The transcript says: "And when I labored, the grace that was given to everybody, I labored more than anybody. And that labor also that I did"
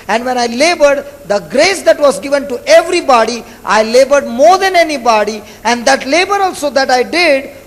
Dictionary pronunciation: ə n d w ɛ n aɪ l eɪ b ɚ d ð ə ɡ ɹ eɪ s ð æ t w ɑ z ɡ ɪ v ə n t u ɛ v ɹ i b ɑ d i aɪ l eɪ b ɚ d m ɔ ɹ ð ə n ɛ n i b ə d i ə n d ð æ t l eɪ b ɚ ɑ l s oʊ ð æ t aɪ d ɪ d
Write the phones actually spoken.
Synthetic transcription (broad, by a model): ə n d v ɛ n aɪ l eɪ b ɚ d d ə ɡ ɹ eɪ s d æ t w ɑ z ɡ ɪ v ə n t u ɛ v ɹ i b ɑ d i aɪ l eɪ b ɚ d m ɔ ɹ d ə n ɛ n i b ə d i ə n d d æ t l eɪ b ɚ ɑ l s oʊ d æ t aɪ d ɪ d